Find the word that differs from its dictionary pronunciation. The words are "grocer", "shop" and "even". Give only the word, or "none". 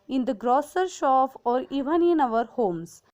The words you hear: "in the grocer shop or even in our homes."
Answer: shop